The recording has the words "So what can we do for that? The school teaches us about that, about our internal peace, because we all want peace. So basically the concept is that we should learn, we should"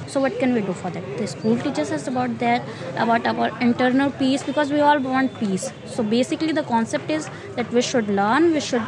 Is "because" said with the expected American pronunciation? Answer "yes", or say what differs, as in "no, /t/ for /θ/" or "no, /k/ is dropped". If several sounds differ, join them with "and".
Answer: yes